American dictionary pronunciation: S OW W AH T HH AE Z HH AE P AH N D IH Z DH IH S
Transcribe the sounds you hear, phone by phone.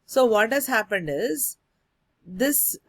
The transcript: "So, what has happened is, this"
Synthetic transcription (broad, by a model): S OW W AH T HH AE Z HH AE P AH N D IH Z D IH S